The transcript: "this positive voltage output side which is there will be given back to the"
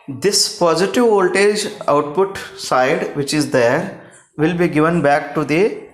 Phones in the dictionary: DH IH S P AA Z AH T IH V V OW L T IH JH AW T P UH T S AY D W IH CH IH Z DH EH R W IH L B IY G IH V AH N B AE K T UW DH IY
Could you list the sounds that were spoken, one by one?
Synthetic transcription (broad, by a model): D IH S P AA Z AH T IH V V OW L T IH JH AW T P UH T S AY D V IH CH IH Z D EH R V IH L B IY G IH V AH N B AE K T UW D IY